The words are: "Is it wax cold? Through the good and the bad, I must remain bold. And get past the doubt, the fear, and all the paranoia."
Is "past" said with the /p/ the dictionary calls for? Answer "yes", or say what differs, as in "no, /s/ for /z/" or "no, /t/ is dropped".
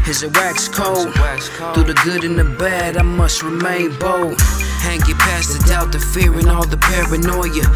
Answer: yes